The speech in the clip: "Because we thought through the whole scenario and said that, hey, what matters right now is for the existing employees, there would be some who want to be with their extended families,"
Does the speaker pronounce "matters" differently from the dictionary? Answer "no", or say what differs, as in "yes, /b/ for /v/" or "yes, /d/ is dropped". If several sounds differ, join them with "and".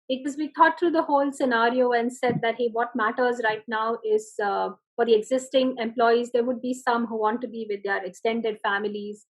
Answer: no